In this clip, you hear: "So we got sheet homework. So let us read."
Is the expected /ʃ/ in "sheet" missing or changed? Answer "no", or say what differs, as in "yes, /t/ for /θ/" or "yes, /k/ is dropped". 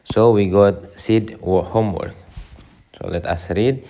yes, /s/ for /ʃ/